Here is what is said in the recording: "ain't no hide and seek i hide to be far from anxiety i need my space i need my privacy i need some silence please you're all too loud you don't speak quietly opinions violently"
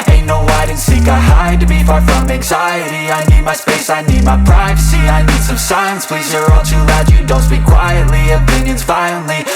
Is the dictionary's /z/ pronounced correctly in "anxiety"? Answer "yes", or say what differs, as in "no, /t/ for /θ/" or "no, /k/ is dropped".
yes